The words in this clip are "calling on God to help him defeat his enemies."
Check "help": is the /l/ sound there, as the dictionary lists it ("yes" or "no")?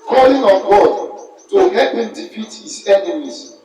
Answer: no